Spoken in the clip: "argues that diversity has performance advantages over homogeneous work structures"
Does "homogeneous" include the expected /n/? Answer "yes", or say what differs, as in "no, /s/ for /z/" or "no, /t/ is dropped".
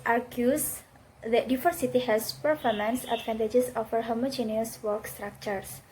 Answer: yes